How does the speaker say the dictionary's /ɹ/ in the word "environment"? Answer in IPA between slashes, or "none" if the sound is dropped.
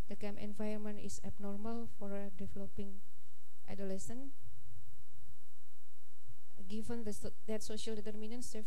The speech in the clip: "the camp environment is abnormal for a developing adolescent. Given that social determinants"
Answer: none